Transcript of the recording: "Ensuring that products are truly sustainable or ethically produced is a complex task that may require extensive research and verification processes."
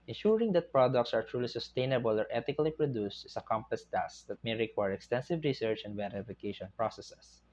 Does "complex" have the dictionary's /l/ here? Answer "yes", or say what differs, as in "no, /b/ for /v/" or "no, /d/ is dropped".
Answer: no, /l/ is dropped